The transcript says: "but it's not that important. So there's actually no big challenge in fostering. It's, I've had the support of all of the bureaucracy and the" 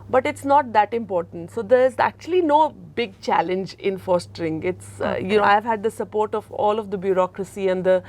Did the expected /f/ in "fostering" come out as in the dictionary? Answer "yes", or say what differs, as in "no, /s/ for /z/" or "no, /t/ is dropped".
yes